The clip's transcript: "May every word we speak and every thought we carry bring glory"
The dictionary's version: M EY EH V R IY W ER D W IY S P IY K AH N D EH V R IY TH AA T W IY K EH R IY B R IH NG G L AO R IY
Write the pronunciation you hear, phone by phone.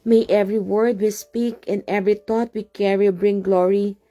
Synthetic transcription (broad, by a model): M EY EH V R IY W ER D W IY S P IY K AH N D EH V R IY T AA T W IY K EH R IY B R IH NG G L AO R IY